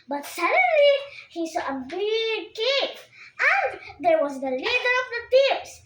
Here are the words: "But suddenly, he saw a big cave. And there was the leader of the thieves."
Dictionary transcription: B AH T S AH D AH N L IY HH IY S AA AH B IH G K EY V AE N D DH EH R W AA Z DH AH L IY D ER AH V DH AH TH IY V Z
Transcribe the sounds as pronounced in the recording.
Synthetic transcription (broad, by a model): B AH T S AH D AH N L IY HH IY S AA AH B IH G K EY P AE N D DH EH R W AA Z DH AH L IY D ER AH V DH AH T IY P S